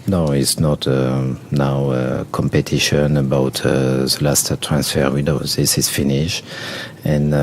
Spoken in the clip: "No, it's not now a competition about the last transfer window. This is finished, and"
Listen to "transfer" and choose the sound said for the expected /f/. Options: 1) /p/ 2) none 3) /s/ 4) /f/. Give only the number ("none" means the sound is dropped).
4